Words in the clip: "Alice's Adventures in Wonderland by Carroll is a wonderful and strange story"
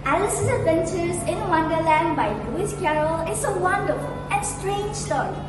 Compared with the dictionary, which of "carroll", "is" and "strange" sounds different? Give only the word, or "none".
is